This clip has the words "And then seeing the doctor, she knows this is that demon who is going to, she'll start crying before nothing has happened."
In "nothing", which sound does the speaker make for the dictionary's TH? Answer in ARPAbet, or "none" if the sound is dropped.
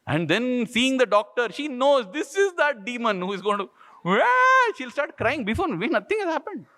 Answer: T